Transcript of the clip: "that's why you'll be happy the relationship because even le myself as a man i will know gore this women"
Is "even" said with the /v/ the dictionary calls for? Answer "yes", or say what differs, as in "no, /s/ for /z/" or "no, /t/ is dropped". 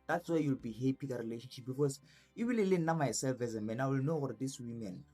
no, /w/ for /v/